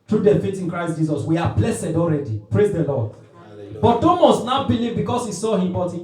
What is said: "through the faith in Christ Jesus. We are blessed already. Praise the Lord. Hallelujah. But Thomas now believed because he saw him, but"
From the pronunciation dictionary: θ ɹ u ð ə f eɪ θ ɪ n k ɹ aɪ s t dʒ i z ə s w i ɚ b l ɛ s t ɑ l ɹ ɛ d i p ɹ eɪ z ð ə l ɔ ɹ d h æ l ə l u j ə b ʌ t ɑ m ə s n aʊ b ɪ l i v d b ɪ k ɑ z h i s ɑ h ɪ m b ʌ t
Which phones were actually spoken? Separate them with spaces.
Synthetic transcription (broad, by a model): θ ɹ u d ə f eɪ t ɪ n k ɹ aɪ s t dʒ i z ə s w i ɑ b l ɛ s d ɑ l ɹ ɛ d i p ɹ eɪ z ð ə l ɔ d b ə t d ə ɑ m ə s n aʊ b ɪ l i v b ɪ k ɑ s h i s ɑ h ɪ m b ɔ t